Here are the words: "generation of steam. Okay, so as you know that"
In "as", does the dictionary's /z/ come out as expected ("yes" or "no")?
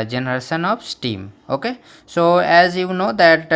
yes